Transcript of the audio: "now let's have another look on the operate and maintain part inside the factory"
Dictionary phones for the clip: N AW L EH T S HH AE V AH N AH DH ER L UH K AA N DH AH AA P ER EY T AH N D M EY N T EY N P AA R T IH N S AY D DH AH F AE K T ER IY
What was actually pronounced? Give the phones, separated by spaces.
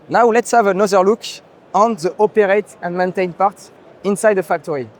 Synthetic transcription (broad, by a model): N AW L EH T S HH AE V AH N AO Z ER L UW K AA N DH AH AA P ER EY T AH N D M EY N T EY N P AA R T IH N S AY D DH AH F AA K T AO IY